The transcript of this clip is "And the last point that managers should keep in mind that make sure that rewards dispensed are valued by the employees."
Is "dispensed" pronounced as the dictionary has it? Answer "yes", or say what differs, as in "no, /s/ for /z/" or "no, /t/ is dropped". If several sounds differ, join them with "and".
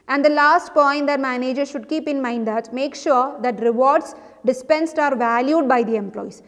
yes